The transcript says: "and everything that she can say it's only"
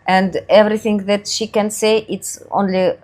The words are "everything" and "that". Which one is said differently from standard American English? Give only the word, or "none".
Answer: none